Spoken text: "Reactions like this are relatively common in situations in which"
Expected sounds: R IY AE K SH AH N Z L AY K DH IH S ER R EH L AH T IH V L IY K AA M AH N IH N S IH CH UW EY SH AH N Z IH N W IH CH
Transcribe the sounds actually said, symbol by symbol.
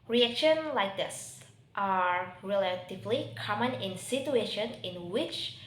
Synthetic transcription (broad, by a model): R IY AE K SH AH N L AY K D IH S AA R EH L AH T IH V L IY K AA M AH N IH N S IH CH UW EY SH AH N IH N W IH CH